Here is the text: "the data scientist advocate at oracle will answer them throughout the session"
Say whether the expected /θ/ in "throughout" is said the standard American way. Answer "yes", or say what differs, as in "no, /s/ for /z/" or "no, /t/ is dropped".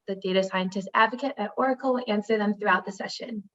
yes